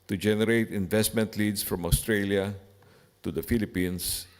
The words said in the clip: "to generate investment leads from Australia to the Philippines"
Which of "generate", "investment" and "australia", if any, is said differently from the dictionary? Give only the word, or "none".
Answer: none